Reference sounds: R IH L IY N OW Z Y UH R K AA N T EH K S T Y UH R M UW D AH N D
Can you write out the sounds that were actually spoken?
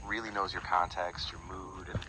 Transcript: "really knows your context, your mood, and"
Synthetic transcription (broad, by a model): R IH L IY N OW Z Y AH R K AA N T EH K S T Y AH R M UW D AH N